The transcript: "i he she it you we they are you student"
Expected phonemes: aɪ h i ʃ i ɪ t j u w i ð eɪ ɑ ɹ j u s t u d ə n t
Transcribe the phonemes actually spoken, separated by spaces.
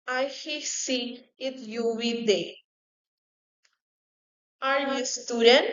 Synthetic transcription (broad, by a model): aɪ h i s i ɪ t j u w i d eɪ ɑ ɹ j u s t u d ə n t